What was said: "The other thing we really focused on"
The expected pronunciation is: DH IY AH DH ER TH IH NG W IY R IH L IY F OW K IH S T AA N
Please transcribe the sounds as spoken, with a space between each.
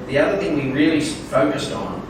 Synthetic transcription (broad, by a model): DH IY AH DH ER TH IH NG W IY R IH L IY F OW K IH S T N